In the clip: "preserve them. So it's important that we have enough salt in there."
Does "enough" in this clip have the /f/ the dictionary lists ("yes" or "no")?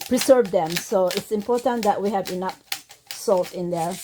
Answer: no